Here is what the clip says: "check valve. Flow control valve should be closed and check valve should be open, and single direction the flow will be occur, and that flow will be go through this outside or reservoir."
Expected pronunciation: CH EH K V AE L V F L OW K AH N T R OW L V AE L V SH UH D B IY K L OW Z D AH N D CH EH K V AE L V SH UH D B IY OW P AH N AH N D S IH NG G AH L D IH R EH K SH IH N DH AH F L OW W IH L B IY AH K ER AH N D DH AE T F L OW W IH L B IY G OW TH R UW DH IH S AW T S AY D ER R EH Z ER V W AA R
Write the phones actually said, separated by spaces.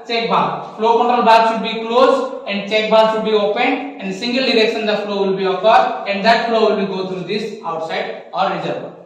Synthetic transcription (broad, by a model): CH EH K B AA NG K F L OW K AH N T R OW L B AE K SH UH D B IY K L OW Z AH N D CH EH K B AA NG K SH UH D B IY OW P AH N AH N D S IH NG G AH L D IH R EH K SH IH N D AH F L OW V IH L B IY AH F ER AH N D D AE T F L OW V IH L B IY G OW T R UW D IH S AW T S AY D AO R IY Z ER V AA